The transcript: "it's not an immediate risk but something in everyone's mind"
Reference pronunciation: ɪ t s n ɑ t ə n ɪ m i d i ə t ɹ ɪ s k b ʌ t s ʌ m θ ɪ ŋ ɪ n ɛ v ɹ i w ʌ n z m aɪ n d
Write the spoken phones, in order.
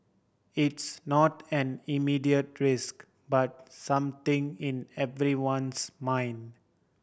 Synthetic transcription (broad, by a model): ɪ t s n ɑ t ə n ɪ m i d i ə t ɹ ɪ s k b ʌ t s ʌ m t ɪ ŋ ɪ n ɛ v ɹ i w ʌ n s m aɪ n d